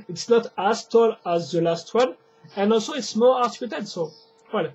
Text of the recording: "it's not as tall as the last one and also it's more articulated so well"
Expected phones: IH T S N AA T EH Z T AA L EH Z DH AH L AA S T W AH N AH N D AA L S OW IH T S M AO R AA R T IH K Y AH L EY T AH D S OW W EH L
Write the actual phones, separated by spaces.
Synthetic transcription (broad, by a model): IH T S N AA T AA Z T AA L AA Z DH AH L AA S T W AH N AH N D AA L S OW IH T S M AO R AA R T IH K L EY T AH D S OW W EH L